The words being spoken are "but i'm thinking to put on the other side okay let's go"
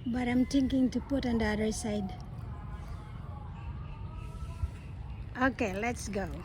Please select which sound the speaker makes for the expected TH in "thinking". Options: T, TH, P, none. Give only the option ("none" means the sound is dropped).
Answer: T